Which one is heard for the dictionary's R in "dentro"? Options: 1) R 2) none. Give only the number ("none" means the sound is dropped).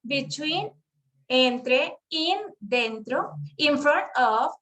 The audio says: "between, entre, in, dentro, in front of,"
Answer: 1